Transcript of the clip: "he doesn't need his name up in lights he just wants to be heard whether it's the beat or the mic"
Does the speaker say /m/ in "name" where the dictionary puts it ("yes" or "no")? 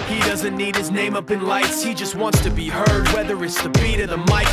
yes